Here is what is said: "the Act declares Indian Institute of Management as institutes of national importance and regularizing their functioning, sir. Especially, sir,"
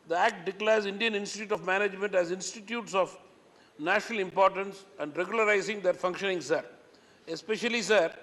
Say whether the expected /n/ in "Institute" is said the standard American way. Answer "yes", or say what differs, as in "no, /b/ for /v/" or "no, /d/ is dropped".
yes